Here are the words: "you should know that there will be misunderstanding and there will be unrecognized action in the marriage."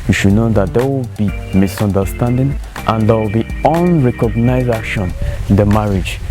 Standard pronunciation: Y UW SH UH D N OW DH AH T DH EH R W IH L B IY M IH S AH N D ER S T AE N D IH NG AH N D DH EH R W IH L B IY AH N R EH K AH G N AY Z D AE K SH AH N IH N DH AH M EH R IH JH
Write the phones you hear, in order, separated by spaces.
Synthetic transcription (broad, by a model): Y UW SH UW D N OW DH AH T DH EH W IH L B IY M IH S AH N D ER S T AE N D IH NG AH N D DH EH W IH L B IY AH N R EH K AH G N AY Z EH SH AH N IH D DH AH M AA R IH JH